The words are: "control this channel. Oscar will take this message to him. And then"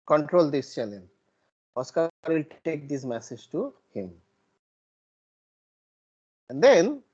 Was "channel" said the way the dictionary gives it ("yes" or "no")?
no